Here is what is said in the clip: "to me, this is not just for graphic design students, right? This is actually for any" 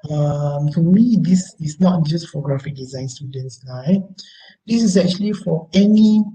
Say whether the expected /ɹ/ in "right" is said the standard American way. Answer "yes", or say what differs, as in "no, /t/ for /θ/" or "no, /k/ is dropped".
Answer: no, /l/ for /ɹ/